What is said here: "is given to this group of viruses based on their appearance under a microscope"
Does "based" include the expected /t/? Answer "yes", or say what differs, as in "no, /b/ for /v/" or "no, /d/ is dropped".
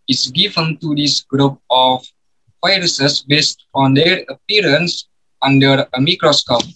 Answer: yes